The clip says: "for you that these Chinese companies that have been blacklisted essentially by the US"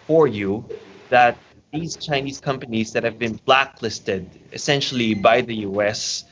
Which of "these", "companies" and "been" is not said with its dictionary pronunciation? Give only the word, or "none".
none